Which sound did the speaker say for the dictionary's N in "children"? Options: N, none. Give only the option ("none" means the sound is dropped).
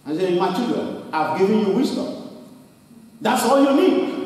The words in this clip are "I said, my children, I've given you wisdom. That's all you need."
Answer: none